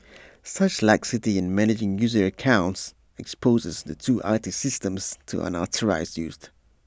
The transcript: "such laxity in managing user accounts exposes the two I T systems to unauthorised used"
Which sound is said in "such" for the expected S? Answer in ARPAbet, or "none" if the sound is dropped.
S